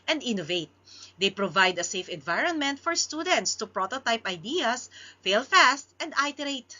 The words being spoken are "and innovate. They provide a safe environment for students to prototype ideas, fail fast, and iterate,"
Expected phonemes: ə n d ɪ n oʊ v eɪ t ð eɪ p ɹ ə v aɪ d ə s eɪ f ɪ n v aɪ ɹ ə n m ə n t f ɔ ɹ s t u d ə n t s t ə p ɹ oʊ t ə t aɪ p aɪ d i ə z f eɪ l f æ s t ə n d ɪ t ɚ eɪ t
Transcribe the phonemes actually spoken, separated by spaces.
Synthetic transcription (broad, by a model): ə n d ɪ n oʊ v eɪ t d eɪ p ɹ ə v aɪ d ə s eɪ f ɪ n v aɪ ɹ ə n m ə n t f ɔ ɹ s t u d ə n t s t ə p ɹ oʊ t ə t aɪ p aɪ d i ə s f eɪ l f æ s t ə n d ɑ t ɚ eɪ t